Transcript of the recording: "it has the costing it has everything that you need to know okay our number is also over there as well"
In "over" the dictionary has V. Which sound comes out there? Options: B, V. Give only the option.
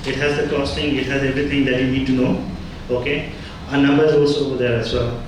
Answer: B